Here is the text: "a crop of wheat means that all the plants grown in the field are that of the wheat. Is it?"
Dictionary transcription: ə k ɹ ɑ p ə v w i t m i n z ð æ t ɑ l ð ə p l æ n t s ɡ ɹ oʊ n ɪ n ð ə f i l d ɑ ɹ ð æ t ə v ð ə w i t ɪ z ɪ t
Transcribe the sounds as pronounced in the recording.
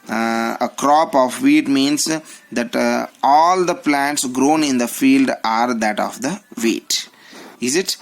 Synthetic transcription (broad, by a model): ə k ɹ ɑ p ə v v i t m i n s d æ t ɑ l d ə p l æ n t s ɡ ɹ oʊ n ɪ n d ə f i l d ɑ ɹ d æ t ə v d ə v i t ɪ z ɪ t